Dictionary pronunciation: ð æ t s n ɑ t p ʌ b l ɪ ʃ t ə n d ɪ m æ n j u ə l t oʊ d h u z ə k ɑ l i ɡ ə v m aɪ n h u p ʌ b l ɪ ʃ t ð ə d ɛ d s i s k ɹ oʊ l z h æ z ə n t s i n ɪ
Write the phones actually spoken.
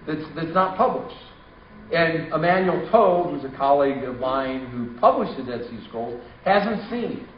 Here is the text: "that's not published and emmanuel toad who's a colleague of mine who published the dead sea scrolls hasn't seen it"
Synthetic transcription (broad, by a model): ð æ t s n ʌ t p ʌ b l ɪ ʃ t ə n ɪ m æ n j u l t oʊ h u z ə k ɑ l i ɡ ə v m aɪ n h u p ʌ b l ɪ ʃ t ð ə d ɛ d s i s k oʊ l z h æ z ə n t s i n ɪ